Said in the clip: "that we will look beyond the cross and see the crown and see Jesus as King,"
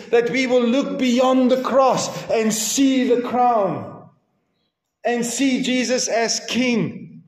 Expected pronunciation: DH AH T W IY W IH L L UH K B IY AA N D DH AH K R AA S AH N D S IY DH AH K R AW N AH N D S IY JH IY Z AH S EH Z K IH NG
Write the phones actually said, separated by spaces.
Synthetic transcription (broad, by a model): DH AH T W IY W IH L L UH K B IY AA N DH AH K R AA S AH N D S IY DH AH K R AW N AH N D S IY JH IY Z AH S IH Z K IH NG